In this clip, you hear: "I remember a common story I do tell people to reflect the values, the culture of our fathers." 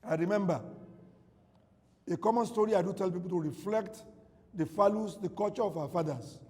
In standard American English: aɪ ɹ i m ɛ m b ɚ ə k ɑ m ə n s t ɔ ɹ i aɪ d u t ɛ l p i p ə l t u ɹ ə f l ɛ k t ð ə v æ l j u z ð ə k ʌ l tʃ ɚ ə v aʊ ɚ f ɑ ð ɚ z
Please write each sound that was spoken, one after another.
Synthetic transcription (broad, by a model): aɪ ɹ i m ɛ m b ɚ ə k ɑ m ə n s t ɔ ɹ i aɪ d u t ɛ l p i p ə l t u ɹ ə f l ɛ k t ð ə f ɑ l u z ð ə k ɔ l tʃ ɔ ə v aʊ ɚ f ɑ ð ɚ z